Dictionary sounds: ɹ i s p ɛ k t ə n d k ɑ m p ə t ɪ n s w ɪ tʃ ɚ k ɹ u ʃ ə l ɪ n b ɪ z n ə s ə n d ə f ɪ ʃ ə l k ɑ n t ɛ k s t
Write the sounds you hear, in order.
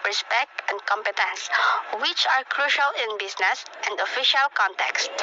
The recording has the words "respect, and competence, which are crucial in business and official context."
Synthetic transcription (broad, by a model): ɹ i s p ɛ k t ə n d k ɑ m p ə t ɪ n s w ɪ tʃ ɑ k ɹ u ʃ ə l ɪ n b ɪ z n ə s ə n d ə f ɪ ʃ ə l k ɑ n t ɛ k s t